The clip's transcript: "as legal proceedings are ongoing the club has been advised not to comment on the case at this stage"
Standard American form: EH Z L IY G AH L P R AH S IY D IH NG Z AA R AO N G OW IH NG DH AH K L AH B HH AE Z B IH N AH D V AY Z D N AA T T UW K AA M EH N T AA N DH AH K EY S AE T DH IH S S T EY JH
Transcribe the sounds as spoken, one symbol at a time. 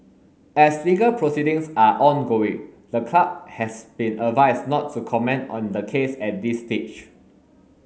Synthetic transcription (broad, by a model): EH S L IY G AH L P R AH S IY D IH NG S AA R AO N G OW IH NG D AH K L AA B HH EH S B IH N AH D V AY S N AA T T UW K AA M EH N T AA N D AH K EY S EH T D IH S S T EY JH